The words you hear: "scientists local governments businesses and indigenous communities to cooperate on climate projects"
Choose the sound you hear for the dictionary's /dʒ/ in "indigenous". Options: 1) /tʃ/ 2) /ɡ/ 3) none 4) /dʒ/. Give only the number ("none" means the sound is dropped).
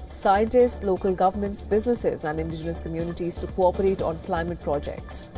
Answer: 4